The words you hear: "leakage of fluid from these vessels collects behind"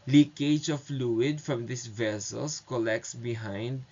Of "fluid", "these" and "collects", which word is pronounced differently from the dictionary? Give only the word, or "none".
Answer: these